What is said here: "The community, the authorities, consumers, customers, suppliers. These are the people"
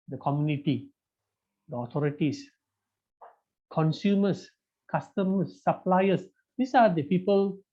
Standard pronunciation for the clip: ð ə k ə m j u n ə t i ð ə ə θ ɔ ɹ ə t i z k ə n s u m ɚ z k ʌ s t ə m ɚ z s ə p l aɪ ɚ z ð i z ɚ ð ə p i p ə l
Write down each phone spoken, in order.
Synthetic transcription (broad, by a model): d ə k ə m j u n ə t i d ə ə t ɔ ɹ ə t i s k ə n s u m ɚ s k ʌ s t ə m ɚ s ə p l aɪ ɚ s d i s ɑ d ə p i p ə l